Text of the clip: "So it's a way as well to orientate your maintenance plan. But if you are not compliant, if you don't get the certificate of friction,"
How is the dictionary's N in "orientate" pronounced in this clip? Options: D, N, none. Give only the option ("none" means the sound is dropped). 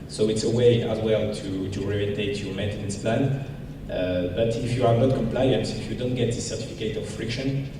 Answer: none